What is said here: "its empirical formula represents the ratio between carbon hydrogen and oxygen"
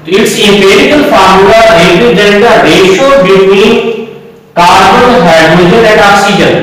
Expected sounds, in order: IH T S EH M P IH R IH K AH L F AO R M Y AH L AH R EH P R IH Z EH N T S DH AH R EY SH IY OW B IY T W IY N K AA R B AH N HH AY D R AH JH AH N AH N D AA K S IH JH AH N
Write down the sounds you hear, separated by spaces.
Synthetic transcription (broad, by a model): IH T S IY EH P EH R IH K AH L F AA R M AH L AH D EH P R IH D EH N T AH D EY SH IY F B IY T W IY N K AA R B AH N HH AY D AH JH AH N AH N D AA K S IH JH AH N